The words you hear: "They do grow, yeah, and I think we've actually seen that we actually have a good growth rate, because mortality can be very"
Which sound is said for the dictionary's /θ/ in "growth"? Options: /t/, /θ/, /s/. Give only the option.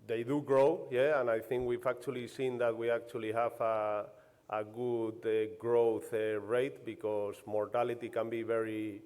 /θ/